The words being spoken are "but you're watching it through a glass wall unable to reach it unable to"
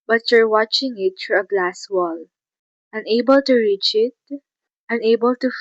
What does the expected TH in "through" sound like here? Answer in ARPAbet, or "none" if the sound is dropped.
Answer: F